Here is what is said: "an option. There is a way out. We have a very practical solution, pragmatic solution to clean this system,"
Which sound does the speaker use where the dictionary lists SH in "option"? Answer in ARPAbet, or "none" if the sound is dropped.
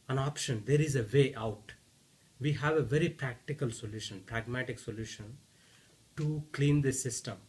SH